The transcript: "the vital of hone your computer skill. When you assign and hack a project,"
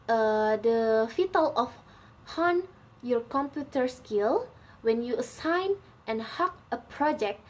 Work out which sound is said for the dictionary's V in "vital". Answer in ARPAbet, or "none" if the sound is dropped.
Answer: F